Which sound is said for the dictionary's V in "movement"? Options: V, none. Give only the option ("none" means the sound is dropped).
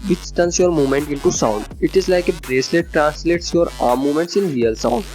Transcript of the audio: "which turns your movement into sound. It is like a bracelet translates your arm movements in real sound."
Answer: none